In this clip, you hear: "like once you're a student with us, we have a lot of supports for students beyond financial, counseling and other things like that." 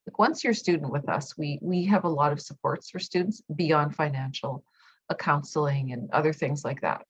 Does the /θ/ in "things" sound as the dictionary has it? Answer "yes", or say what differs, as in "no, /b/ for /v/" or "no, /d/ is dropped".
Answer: yes